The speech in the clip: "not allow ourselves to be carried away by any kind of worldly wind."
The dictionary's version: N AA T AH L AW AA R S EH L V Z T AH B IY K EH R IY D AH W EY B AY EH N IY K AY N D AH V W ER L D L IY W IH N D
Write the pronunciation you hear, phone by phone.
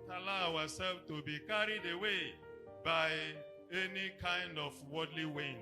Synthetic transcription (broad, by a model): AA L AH AW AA S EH L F T AH B IY K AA R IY D AH W EY B AY EH N IY K AY N D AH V W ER D L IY W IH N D